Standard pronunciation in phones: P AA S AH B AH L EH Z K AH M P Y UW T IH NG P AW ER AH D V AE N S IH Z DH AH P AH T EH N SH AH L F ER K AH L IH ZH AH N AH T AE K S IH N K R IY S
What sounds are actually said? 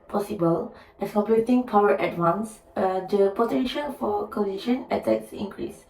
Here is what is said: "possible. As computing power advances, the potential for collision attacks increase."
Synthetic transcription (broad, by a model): P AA S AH B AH L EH S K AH P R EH T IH NG P AW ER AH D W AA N S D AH P AH T EH N SH AH L F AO K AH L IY SH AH N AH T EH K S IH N K R IY S